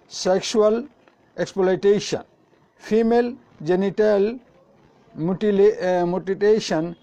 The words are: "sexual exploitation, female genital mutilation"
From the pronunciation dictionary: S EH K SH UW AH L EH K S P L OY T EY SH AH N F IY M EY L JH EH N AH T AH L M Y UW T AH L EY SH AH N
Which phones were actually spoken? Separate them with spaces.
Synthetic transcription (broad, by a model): S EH K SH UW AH L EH K S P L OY T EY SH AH N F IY M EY L JH EH N AH T AH L M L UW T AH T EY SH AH N